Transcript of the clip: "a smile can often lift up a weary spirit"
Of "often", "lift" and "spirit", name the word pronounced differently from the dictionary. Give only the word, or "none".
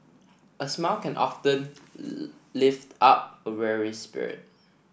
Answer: none